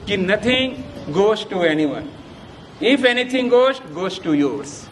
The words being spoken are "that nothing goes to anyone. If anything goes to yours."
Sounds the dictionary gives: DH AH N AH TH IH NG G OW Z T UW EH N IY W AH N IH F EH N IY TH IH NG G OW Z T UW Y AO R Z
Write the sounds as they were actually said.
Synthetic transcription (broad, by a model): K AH N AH T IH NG G OW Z T UW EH N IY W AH N IH F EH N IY T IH NG G OW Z T UW Y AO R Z